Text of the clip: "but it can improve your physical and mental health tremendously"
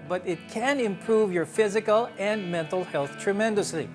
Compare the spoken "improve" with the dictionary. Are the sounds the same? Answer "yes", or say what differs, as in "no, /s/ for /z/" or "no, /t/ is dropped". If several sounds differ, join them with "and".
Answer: yes